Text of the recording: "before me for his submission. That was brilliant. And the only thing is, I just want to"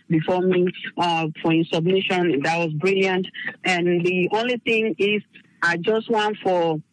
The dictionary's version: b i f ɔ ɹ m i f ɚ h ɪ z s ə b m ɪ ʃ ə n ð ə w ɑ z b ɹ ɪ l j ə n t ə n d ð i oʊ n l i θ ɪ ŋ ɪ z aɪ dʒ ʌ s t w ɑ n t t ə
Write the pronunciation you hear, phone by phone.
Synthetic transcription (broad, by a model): b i f ɔ m i f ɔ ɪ s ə b m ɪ ʃ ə n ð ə w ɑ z b ɹ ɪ l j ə n t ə n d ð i oʊ n l i θ ɪ ŋ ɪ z aɪ dʒ ʌ s t w ɑ n t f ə